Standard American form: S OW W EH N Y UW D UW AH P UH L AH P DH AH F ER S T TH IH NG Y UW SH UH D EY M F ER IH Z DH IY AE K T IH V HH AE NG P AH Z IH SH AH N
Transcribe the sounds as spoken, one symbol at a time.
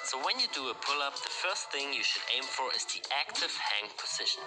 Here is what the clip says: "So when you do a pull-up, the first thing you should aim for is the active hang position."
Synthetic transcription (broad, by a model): S OW W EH N Y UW D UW AH P UH L AH P DH AH F ER S T TH IH NG Y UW SH UH D EY M F ER IH Z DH IY AE K T IH V HH AE NG P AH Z IH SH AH N